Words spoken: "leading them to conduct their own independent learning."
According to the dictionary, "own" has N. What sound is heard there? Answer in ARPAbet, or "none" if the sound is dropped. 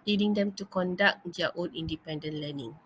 L